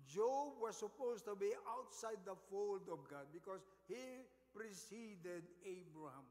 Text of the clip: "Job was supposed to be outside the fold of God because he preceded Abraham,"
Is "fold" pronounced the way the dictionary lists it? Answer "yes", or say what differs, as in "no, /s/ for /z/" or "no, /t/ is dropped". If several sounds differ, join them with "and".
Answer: yes